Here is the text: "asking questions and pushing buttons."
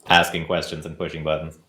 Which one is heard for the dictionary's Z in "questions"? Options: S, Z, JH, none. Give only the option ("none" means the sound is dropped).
Z